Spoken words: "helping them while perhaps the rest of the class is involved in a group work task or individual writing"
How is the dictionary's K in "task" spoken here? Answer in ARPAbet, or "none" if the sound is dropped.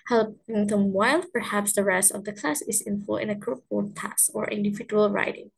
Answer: none